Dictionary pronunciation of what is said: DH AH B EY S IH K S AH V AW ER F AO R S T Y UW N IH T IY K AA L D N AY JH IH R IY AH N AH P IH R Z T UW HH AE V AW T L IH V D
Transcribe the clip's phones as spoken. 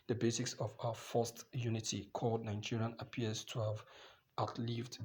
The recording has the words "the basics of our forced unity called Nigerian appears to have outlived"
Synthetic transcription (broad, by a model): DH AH B EY S IH K S AH V AW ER F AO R S T Y UW N IH T IY K AA L D N AY JH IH R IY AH N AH P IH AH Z T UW HH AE V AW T L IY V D